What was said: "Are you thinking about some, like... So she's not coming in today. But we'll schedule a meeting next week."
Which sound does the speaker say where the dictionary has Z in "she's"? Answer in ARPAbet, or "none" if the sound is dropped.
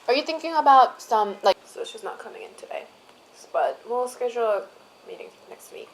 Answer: S